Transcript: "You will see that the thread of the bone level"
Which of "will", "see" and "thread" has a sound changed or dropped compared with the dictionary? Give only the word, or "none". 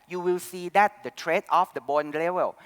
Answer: thread